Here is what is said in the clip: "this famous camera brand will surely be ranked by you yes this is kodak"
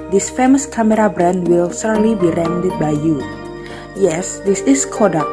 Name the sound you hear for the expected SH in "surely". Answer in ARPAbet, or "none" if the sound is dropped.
S